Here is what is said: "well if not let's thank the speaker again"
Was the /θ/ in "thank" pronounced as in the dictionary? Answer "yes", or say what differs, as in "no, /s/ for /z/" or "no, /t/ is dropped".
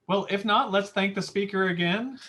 yes